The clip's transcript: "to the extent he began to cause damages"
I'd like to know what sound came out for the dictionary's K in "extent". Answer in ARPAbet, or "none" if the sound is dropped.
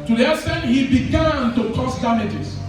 none